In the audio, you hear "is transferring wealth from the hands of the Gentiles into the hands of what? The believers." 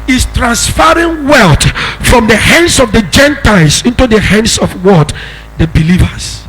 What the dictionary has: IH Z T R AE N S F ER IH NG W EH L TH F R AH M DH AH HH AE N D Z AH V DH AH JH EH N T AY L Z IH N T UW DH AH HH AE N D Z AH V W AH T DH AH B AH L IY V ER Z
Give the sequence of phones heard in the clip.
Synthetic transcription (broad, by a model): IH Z T R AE N S F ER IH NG W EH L T F R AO M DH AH HH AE N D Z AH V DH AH JH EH N T AY L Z IH N T UW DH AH HH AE N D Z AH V W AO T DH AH B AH L IY V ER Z